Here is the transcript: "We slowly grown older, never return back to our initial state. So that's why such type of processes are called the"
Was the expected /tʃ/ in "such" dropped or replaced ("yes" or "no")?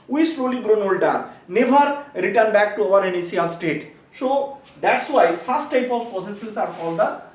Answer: yes